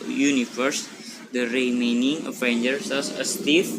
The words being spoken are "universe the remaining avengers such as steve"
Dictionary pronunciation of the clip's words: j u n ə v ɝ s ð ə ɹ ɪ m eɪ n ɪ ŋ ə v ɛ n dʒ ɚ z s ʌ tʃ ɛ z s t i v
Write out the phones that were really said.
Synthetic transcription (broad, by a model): j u n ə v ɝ s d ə ɹ ɪ m eɪ n ɪ ŋ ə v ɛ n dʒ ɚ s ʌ s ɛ s t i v